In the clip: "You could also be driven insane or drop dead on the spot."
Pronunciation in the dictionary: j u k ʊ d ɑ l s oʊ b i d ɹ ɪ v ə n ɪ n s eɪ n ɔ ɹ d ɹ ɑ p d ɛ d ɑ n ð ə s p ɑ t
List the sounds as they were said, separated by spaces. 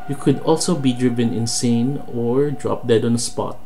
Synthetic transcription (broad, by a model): j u k ʊ d ɑ l s oʊ b i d ɹ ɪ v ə n ɪ n s eɪ n ɔ ɹ d ɹ ɑ p d ɛ d ɑ n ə s p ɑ t